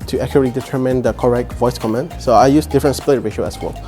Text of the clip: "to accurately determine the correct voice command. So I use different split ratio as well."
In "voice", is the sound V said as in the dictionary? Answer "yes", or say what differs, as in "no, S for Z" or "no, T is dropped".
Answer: yes